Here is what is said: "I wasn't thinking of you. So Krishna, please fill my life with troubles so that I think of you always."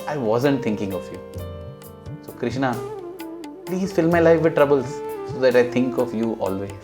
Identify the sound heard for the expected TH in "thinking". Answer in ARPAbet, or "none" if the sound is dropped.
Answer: T